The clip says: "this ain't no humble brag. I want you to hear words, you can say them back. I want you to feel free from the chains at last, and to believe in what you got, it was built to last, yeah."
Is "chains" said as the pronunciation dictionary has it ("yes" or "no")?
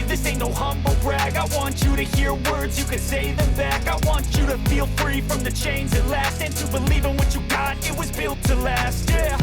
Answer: yes